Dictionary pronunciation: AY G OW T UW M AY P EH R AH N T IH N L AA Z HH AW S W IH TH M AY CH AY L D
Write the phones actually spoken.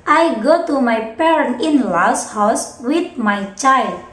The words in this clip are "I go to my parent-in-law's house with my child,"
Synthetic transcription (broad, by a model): AY G OW T UW M AY P EH R AH N T IH N L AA S HH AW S W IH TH M AY CH AY L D